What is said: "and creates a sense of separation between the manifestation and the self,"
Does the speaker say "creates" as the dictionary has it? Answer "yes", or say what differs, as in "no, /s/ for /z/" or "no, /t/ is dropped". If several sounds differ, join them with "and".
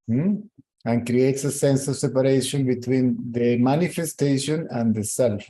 yes